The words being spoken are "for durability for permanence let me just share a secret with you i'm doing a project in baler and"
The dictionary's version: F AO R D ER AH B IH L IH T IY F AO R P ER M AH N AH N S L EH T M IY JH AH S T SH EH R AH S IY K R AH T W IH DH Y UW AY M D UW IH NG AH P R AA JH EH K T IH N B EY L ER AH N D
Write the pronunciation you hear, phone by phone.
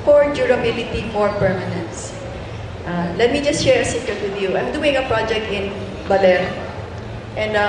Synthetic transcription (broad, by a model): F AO R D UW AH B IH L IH T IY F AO R P ER M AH N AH N S L EH T M IY JH AH S T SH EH R AH S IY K AH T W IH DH Y UW AY M D UW IH NG AH P R AA JH EH K T IH N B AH L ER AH N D